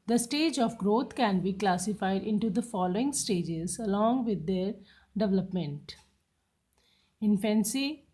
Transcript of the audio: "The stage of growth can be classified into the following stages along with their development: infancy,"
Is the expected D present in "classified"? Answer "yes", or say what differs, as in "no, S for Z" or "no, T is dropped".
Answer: yes